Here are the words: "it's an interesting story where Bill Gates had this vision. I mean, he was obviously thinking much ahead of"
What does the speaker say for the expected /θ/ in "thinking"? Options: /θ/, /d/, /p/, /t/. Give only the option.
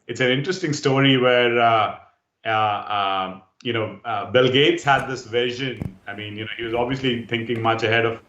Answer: /t/